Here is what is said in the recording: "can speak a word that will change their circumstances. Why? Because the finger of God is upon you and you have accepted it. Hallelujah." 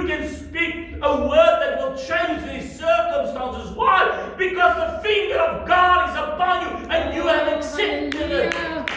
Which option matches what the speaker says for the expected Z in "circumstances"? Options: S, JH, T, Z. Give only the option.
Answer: Z